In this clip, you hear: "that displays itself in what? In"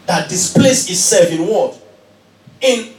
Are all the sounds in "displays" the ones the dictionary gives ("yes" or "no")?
no